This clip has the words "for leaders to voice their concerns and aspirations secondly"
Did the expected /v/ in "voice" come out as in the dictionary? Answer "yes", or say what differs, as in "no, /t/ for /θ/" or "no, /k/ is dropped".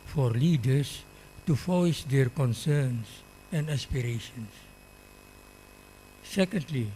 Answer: no, /f/ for /v/